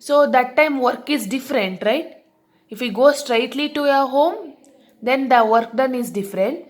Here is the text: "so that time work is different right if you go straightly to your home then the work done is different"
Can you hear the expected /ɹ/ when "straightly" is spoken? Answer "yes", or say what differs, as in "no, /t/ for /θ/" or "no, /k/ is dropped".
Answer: yes